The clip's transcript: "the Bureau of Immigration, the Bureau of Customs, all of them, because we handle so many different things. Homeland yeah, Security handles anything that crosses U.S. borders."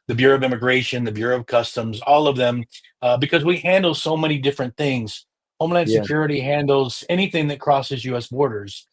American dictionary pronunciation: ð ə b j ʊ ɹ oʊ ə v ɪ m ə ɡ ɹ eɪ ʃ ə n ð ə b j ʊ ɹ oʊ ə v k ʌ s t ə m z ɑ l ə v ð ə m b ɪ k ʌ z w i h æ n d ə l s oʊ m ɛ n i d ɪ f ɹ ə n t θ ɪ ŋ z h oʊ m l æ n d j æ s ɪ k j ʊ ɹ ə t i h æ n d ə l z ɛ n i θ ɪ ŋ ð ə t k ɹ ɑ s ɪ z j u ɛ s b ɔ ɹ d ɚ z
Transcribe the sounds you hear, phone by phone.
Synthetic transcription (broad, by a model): ð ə b j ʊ ɹ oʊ ə v ɪ m ə ɡ ɹ eɪ ʃ ə n ð ə b j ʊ ɹ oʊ ə v k ʌ s t ə m z ɑ l ə v ð ə m b ɪ k ʌ z w i h æ n d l s oʊ m ɛ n i d ɪ f ɹ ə n θ ɪ ŋ z h oʊ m l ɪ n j s ɪ k j ʊ ɹ ə t i h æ n d l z ɛ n i θ ɪ ŋ ð ə t k ɹ ɑ s ɪ z j u ɛ s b ɔ ɹ d ɚ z